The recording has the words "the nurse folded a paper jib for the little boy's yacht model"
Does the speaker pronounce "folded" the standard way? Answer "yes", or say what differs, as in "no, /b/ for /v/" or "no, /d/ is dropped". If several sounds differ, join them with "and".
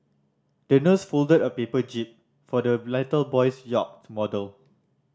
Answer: yes